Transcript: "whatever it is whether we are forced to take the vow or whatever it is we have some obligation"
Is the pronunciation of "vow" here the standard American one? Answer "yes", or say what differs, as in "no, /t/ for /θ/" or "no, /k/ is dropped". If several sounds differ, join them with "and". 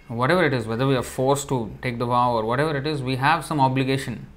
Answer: no, /p/ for /v/